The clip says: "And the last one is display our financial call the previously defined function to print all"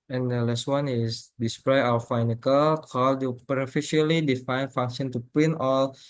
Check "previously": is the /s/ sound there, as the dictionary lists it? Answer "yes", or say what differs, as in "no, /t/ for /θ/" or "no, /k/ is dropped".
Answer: no, /s/ is dropped